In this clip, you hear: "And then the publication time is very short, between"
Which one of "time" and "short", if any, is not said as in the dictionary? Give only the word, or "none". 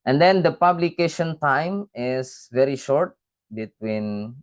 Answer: none